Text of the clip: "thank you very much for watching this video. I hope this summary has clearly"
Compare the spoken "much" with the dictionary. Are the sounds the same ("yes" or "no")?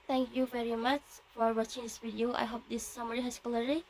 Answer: yes